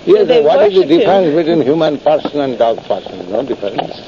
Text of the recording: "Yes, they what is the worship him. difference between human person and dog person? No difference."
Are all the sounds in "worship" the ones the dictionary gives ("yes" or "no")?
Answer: no